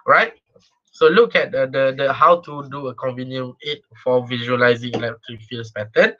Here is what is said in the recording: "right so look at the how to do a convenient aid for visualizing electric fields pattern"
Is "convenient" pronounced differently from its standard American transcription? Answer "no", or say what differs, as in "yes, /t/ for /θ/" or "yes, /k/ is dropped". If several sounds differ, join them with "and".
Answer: yes, /t/ is dropped